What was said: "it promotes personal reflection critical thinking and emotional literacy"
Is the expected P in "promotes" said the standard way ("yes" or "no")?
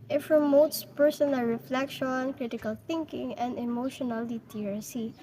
no